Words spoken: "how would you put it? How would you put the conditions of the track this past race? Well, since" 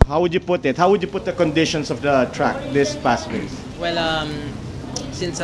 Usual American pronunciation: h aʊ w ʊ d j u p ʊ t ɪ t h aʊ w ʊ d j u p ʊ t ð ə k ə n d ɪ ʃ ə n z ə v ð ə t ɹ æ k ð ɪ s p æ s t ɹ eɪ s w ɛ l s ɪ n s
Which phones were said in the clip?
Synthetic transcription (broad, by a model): h aʊ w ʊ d j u p ʊ t ɪ t h aʊ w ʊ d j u p ʊ t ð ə k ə n d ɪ ʃ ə n s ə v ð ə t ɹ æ k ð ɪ s p æ s t w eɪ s w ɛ l s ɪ n s